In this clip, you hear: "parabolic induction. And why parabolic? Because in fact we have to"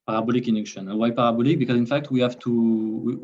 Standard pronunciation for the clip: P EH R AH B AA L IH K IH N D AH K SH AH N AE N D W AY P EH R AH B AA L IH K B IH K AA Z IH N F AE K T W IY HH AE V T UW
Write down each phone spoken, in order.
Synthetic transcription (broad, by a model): P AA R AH B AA L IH K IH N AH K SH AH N N W AY P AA R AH B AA L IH K B IH K AA Z IH N F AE K T W IY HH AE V T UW